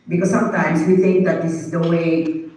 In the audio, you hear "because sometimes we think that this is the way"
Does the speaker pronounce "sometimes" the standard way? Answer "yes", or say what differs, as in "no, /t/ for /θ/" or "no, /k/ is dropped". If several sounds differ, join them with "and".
no, /s/ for /z/